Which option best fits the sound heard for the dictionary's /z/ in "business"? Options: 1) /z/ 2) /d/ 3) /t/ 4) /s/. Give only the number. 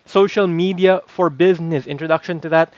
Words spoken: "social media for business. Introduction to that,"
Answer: 1